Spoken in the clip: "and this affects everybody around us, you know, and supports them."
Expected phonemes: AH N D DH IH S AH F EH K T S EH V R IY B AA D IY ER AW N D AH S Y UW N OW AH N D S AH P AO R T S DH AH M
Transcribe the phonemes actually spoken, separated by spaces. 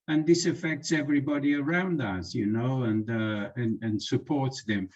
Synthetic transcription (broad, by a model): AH N DH IH S AH F EH K T S EH V R IY B AA D IY ER AW N D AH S Y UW N OW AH N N S AH P AO R T S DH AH M